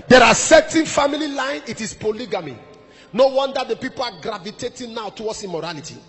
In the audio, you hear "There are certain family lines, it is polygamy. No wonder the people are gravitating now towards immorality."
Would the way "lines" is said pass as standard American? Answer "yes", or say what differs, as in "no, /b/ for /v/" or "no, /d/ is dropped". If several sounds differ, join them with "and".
no, /z/ is dropped